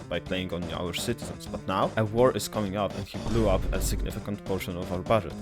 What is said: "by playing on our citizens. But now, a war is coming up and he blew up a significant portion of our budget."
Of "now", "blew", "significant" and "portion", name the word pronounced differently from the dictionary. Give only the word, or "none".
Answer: none